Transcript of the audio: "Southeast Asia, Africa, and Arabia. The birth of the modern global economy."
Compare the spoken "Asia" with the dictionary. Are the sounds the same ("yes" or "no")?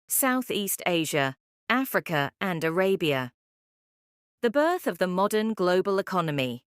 yes